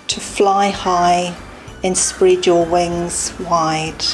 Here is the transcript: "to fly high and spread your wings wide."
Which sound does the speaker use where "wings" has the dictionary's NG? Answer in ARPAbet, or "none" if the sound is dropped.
NG